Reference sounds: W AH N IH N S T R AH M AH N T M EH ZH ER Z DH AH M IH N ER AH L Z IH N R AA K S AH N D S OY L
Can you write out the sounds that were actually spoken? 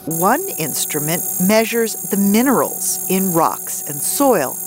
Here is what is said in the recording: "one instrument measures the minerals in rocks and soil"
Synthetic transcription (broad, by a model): W AH N IH N S T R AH M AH N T M EH ZH ER Z DH AH M IH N ER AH L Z IH N R AA K S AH N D S OY L